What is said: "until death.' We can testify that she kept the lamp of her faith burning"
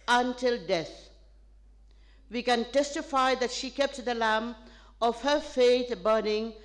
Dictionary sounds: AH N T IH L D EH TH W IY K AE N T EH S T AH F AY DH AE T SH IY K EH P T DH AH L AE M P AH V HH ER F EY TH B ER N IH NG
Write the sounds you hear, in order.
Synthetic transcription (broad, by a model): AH N T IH L D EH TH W IY K AE N T EH S T AH F AY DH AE T SH IY K EH P T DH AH L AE M AH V HH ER F EY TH B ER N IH NG